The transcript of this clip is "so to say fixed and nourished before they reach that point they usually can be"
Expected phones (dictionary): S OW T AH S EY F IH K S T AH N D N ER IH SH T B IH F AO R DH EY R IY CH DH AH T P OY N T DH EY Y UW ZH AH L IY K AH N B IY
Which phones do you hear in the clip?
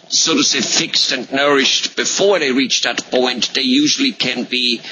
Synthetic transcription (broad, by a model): S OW T AH S EY F IH K S T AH N N ER IH SH T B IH F AO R DH EY R IY CH DH AH T P OY N T DH EY Y UW ZH AH L IY K AH N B IY